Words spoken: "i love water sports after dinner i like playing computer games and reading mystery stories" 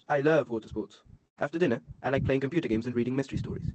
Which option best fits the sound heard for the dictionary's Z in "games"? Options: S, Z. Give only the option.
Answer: Z